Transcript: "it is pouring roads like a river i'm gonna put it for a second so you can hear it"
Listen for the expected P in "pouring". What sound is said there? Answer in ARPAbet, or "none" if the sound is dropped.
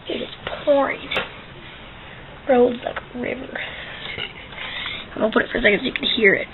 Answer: P